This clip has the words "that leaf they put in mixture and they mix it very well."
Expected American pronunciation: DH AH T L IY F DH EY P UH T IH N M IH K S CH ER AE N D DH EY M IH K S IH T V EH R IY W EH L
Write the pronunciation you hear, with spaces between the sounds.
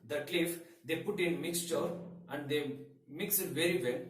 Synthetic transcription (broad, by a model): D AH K L IY F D EY P UH T IH N M IH K S CH ER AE N D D EY M IH K S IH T V EH R IY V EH L